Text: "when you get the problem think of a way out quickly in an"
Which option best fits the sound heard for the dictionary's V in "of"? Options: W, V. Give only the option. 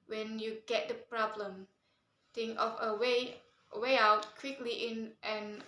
W